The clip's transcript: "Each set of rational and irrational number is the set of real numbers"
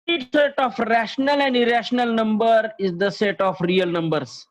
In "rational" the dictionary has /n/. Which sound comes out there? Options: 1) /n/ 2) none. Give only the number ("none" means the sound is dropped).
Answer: 1